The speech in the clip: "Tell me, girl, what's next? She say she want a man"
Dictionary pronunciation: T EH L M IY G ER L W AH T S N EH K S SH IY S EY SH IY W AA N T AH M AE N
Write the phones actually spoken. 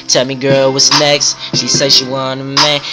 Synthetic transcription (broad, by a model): T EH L M IY G ER L W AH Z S N EH K S SH IY S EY SH IY W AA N AH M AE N